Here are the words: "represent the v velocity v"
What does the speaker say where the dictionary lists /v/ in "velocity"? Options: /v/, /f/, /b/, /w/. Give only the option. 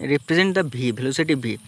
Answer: /b/